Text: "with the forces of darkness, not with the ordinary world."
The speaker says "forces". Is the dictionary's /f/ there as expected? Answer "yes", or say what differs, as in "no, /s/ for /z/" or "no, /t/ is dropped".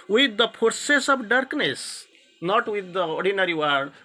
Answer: no, /p/ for /f/